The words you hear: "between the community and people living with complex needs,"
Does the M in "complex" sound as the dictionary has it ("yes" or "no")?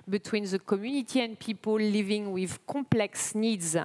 yes